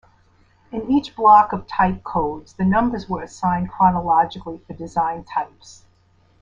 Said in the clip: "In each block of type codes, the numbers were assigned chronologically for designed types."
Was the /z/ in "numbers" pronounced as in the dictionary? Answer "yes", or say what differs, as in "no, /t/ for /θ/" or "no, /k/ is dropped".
yes